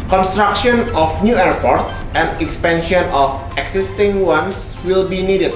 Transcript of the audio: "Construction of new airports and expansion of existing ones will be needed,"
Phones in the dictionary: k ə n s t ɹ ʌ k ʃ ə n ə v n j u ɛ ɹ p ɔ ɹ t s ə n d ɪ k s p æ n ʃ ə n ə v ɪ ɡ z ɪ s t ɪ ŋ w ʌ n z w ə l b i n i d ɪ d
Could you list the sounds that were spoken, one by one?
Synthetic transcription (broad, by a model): k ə n s t ɹ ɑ k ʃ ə n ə f n j u ɛ ɹ p ɔ ɹ t s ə n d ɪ k s p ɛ n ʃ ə n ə f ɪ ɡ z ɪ s t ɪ ŋ w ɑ n s w ə l b i n i d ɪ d